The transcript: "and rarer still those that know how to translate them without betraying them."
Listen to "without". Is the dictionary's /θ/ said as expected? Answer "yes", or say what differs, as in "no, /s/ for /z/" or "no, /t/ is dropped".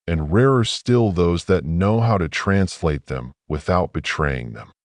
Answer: yes